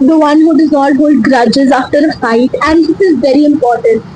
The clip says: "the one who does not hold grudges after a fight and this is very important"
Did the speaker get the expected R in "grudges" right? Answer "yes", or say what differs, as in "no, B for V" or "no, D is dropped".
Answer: yes